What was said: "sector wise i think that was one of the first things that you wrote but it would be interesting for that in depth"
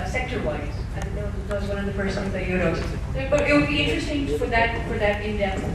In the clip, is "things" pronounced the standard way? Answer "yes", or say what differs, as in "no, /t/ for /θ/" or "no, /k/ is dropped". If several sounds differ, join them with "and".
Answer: no, /s/ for /θ/ and /ŋ/ is dropped